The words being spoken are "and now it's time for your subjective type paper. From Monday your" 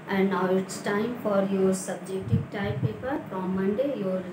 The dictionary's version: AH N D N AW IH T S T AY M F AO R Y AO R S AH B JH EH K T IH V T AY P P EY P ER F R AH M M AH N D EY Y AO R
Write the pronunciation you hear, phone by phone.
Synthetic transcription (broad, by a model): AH N D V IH T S T AY M F AO R Y AO R S AH B JH EH K T IH V T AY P P EY P ER P R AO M M AH N D EY Y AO R